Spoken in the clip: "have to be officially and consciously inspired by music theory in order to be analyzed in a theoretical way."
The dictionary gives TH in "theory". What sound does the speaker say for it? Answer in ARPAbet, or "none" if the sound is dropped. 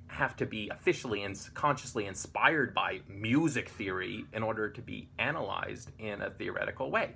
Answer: TH